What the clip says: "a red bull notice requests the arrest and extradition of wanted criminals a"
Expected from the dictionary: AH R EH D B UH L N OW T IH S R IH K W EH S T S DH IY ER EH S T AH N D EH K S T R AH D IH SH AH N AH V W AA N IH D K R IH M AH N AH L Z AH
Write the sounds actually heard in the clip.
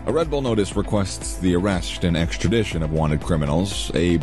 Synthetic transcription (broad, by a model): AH R EH D B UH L N OW T IH S R IH K W EH S T S DH IY ER EH S T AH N EH K S T R AH D IH SH AH N AH V W AA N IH D K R IH M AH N L Z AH